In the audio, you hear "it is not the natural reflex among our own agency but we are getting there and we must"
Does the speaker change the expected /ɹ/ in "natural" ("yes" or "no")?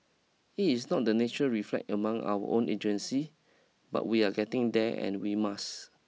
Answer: yes